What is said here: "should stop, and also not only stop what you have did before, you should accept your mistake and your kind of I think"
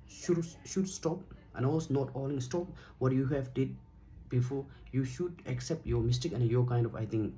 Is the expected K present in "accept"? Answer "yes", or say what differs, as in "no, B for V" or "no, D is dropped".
yes